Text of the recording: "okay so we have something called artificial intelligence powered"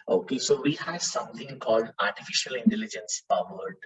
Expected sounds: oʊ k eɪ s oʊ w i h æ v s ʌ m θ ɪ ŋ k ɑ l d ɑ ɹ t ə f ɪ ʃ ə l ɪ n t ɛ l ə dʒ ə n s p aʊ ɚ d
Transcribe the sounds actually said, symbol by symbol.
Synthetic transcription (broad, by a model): oʊ k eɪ s oʊ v i h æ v s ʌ m t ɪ ŋ k ɑ l d ɑ ɹ t ə f ɪ ʃ ə l ɪ n t ɛ l ə dʒ ə n s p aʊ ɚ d